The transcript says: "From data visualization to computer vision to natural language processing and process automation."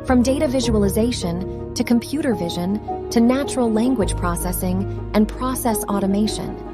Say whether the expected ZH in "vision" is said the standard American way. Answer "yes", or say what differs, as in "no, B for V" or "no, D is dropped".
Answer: yes